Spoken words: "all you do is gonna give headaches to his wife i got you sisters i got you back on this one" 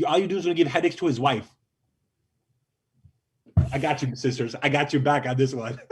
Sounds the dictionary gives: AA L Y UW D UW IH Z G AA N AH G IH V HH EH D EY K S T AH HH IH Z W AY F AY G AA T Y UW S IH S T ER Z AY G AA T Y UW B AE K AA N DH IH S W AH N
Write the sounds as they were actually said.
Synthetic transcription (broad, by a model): AA L Y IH D UW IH Z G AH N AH G IH V HH EH D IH K S T AH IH Z W AY F AY G AA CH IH S IH S T ER Z AY G AA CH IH B AE K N DH IH S W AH N